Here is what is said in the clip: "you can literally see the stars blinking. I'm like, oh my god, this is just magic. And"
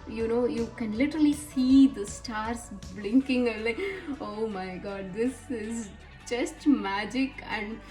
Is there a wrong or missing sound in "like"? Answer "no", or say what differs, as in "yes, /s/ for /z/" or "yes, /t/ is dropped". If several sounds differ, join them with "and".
yes, /k/ is dropped